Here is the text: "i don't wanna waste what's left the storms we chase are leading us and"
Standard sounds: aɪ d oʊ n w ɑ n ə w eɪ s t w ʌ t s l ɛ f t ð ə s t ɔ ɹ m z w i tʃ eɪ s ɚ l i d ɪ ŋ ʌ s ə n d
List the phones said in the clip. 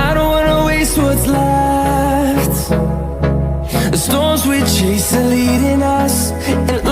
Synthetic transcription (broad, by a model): aɪ d oʊ n w ɑ n ə w eɪ s t w ʌ t s l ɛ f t ð ə s t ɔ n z w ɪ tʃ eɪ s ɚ l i d ɪ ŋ ʌ s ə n